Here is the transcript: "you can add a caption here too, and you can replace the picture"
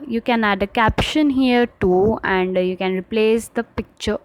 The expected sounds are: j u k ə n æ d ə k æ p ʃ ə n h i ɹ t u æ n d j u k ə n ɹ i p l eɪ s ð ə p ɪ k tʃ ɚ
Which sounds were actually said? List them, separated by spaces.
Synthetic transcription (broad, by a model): j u k ə n æ d ə k æ p ʃ ə n h i ɹ t u æ n d j u k ə n ɹ i p l eɪ s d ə p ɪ k tʃ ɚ